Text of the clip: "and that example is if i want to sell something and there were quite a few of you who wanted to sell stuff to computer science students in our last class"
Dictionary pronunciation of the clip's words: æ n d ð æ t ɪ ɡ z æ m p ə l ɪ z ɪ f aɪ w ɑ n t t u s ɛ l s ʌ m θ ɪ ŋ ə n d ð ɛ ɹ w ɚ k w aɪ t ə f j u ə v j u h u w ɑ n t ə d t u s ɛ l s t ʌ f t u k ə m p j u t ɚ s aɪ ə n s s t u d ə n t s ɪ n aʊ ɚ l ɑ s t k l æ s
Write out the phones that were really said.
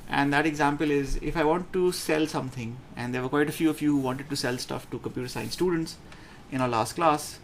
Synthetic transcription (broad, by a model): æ n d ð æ t ɪ ɡ z æ m p ə l ɪ z ɪ f aɪ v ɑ n t t u s ɛ l s ʌ m t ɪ ŋ ə n d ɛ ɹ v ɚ k w aɪ t ə f j u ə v j u h u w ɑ n t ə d t u s ɛ l s t ʌ f t u k ə m p j u t ɚ s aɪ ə n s s t u d ə n t s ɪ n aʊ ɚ l ɑ s t k l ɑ s